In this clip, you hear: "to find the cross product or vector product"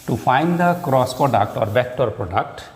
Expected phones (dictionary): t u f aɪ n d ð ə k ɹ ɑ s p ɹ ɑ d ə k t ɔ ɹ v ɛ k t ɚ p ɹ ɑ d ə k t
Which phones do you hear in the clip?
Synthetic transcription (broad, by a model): t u f aɪ n d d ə k ɹ ɑ s p ɹ ɑ d ə k t ɔ ɹ b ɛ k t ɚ p ɹ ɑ d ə k t